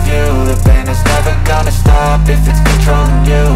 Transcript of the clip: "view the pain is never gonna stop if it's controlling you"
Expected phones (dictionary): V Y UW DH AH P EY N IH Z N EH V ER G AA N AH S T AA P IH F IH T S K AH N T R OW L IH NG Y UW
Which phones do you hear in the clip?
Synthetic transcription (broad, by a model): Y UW DH AH B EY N IH Z N EH V ER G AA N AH S T AA P IH F IH T S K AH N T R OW IH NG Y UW